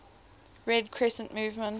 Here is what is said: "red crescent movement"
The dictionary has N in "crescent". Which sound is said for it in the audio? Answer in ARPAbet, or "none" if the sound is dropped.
N